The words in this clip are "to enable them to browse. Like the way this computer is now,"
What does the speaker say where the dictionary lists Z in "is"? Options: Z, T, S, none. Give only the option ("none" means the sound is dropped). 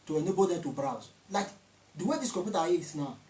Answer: S